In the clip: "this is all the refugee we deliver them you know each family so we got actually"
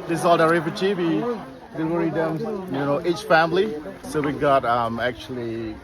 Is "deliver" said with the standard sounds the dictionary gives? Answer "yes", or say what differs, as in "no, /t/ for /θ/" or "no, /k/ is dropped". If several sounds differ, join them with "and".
no, /w/ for /l/